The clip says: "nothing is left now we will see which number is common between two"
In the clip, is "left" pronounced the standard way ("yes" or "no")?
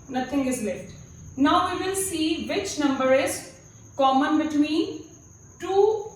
no